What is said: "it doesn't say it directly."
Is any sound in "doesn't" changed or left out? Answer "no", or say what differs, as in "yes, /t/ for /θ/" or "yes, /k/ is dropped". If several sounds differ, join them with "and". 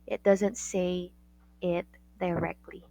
no